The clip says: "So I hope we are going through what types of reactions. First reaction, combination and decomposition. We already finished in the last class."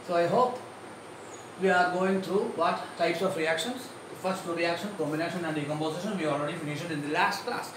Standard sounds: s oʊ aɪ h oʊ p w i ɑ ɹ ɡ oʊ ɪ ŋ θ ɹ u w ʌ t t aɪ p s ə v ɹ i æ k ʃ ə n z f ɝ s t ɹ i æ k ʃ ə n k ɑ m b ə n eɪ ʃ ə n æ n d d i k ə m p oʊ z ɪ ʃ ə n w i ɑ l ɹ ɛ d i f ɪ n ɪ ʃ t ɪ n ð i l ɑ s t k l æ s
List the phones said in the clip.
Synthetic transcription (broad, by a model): s oʊ aɪ h oʊ p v i ɑ ɹ ɡ oʊ ɪ ŋ t ɹ u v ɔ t t aɪ p s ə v ɹ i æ k ʃ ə n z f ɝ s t ɹ i æ k ʃ ə n k ɑ m b ə n eɪ ʃ ə n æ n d d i k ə m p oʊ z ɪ ʃ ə n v i ɑ l ɹ ɛ d i f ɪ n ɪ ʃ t ɪ n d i l ɑ s t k l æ s